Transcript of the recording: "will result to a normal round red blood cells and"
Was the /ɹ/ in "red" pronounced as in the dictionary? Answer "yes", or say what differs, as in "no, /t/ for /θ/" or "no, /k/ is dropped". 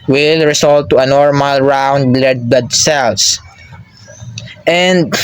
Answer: no, /l/ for /ɹ/